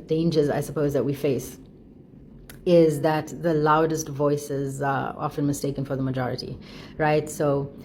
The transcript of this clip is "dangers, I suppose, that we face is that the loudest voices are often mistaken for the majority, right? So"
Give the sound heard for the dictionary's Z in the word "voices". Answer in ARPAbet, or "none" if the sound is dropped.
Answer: Z